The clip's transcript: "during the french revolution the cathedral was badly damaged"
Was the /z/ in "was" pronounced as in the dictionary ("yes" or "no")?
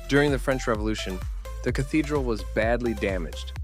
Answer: yes